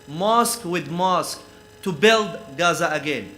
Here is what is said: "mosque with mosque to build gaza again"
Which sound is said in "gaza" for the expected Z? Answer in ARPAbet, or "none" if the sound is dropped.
Z